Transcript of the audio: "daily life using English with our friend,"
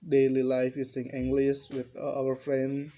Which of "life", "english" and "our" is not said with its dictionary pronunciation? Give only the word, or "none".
english